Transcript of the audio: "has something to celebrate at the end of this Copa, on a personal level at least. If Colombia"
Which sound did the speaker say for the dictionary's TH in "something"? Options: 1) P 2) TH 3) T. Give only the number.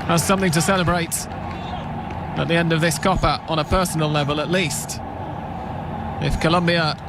2